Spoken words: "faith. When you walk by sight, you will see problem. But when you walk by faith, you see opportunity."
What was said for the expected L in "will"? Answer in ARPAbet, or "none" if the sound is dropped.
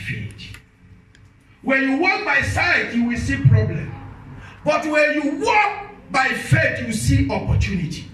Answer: L